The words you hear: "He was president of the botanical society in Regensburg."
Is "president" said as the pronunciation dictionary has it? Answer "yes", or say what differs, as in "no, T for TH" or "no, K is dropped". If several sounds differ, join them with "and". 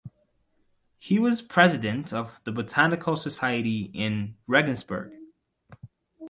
yes